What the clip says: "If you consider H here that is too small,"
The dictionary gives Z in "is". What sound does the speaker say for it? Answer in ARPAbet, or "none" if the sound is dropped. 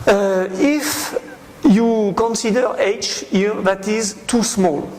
Z